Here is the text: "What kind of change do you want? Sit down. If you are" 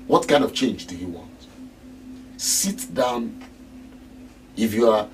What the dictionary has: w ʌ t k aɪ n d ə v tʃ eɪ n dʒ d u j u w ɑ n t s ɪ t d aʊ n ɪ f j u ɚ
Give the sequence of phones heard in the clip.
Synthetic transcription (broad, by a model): w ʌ t k aɪ n d ə v tʃ eɪ n dʒ d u j u w ɑ n t s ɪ t d aʊ n ɪ f j u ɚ